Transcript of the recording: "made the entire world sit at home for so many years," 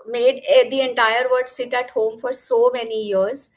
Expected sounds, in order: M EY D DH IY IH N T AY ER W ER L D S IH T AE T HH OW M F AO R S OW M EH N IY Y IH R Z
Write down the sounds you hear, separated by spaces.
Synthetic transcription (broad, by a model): M EY D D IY IH N T AY ER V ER D S IH T AE T HH OW M F AO R S OW M EH N IY Y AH R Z